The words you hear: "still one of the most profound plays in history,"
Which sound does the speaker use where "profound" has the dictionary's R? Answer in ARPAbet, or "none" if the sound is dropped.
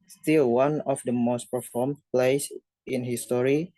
none